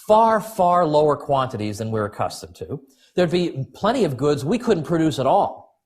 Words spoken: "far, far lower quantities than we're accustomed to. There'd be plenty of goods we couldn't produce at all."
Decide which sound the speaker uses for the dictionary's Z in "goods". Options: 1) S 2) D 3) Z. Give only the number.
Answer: 3